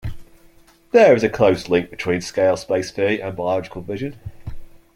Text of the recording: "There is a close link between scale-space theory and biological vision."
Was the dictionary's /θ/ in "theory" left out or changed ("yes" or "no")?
yes